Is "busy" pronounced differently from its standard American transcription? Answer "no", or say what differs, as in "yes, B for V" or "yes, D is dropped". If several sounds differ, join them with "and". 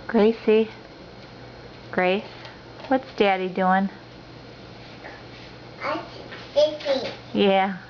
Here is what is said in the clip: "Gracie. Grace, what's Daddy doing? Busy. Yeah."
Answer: yes, S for Z